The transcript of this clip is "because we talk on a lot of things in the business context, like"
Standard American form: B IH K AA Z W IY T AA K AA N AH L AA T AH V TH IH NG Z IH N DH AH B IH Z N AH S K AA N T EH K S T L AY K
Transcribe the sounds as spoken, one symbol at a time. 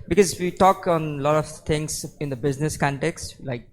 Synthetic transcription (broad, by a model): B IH K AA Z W IY T AA K AA N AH L AA T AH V T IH NG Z IH N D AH B IH Z N AH S K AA N T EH K S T L AY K